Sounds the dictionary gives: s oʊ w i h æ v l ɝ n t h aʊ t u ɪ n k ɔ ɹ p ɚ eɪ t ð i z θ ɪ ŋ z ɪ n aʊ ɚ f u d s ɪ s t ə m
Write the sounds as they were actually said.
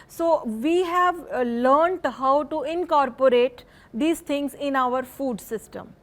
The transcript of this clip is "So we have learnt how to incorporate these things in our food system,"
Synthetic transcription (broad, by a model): s oʊ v i h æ v l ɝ n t h aʊ t u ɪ n k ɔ ɹ p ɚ eɪ t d i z t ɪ ŋ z ɪ n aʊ ɚ f u d s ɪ s t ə m